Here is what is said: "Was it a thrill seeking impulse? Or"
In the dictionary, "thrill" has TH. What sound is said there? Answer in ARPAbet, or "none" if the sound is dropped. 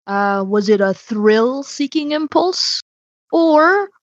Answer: TH